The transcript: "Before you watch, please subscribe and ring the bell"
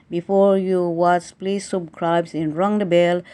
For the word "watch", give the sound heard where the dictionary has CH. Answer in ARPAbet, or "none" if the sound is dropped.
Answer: S